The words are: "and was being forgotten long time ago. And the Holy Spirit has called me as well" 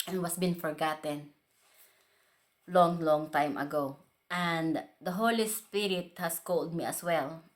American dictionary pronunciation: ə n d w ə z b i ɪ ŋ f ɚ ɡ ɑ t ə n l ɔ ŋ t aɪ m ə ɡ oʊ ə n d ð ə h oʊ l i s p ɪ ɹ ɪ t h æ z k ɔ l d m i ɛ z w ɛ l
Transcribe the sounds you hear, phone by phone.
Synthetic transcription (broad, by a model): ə n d w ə s b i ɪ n f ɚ ɡ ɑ t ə n l ɔ ŋ t aɪ m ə ɡ oʊ ə n d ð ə h oʊ l i s p ɪ ɹ ɪ t h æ s k ɔ l d m i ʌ s w ɛ l